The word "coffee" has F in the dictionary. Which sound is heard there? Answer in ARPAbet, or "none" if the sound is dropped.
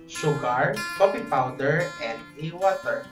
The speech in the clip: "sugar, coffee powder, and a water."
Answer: P